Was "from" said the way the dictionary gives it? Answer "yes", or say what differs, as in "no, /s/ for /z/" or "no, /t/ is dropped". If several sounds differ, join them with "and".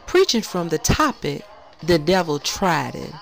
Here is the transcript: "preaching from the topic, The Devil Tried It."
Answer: yes